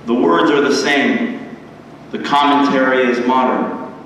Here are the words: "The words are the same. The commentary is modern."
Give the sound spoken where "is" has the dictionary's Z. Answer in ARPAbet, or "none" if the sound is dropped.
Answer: Z